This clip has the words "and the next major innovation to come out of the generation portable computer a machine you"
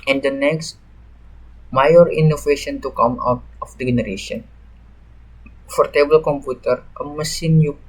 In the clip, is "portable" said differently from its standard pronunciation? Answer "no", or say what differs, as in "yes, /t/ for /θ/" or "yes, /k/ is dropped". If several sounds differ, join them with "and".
yes, /f/ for /p/